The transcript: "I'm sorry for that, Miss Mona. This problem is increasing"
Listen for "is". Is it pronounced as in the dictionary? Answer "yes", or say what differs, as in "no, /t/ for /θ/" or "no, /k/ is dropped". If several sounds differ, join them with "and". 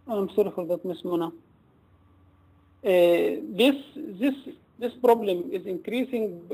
yes